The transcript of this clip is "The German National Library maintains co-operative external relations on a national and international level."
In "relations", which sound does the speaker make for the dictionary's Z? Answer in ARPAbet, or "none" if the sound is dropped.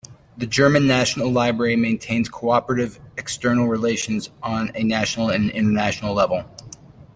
Z